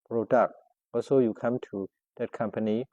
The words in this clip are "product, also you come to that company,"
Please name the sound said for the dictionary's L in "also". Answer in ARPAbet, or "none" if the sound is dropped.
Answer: none